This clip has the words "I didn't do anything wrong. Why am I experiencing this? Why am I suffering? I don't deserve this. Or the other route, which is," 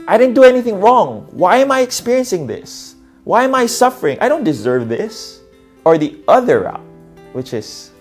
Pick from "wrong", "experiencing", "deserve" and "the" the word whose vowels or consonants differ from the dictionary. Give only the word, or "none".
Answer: none